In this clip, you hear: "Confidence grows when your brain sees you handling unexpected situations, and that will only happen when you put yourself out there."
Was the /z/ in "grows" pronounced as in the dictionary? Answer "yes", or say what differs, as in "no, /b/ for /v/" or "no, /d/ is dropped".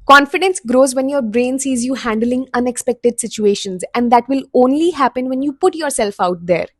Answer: yes